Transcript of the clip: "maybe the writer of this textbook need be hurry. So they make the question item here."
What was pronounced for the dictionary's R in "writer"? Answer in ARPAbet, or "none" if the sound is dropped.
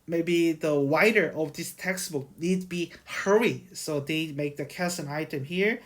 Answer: W